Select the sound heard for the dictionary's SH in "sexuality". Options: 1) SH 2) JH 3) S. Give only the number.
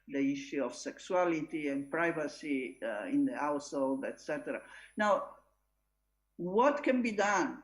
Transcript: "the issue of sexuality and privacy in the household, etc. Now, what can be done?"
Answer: 3